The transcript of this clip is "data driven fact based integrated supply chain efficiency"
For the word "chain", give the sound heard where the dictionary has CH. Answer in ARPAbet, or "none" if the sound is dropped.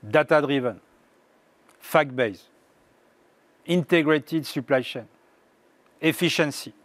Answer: SH